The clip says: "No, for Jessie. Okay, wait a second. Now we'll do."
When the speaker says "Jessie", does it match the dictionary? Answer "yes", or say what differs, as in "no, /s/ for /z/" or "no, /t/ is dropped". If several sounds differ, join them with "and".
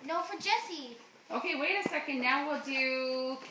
yes